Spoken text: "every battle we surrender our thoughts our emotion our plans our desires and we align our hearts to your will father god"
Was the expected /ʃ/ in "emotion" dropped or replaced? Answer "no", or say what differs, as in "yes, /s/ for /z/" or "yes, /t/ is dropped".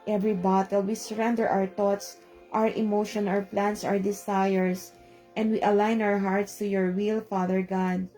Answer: no